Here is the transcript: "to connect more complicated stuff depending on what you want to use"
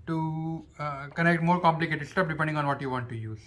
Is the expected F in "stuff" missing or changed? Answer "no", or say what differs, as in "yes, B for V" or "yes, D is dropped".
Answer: yes, P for F